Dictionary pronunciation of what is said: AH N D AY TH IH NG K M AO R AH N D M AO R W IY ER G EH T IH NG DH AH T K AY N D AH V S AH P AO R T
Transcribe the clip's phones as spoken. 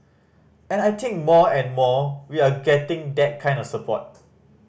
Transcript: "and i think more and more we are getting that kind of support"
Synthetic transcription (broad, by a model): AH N AY T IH NG K M AO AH N M AO W IY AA G EH T IH NG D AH T K AY N D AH F S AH P AO T